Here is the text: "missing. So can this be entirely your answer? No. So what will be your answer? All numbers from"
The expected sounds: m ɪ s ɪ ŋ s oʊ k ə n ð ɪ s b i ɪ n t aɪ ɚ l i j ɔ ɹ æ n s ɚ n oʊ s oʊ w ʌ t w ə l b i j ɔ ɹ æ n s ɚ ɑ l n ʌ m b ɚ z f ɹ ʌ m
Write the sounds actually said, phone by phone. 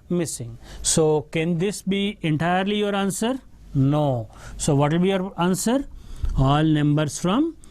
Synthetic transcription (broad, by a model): m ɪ s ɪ ŋ s oʊ k ə n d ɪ s b i ɪ n t aɪ ɚ l i j ɔ ɹ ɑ n s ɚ n oʊ s oʊ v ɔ t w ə l b i j ɔ ɹ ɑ n s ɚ ɑ l n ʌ m b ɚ s f ɹ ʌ m